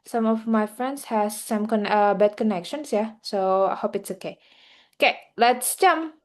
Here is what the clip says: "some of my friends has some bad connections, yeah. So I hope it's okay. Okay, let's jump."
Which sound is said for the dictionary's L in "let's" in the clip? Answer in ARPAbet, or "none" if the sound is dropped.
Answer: L